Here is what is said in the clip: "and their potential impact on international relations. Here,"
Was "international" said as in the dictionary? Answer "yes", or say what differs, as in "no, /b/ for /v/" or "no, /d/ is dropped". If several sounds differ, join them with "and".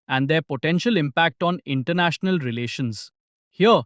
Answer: yes